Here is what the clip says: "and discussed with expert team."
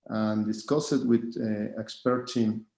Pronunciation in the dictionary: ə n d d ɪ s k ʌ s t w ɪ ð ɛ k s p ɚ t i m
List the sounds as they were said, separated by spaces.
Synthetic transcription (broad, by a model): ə n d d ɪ s k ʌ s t w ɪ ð ɛ k s p ɚ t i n